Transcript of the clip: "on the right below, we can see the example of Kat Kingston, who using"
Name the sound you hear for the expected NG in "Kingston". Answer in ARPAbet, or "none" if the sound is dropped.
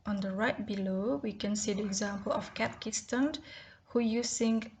none